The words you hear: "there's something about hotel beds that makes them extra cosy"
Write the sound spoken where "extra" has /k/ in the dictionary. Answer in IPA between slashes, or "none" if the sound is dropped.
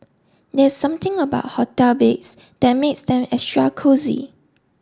none